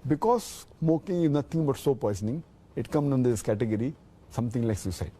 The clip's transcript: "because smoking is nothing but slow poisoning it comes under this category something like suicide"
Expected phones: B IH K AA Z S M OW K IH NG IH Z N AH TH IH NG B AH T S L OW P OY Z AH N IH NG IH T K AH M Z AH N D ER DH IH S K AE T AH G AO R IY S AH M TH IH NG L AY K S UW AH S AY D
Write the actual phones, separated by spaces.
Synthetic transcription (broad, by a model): B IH K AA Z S M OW K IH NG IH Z N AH T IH NG B AH T S OW P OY S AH N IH NG IH T K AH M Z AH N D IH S K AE T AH G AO R IY S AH M T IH NG L AY K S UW S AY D